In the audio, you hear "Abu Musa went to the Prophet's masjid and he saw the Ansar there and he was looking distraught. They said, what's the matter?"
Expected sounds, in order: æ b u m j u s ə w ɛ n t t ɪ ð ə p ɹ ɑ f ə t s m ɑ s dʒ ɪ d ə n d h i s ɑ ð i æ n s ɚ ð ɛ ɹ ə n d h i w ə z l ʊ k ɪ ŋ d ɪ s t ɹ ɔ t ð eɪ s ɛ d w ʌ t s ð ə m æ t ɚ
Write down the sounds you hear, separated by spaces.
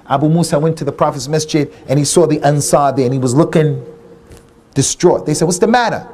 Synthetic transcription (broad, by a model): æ b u m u s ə w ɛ n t t ɪ ð ə p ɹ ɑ f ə s m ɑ s tʃ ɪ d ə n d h i s ɑ ð i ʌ n s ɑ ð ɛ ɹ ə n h i w ə z l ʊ k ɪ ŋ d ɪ s t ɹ ɔ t ð eɪ s ɛ d w ʌ t s ð ə m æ t ɚ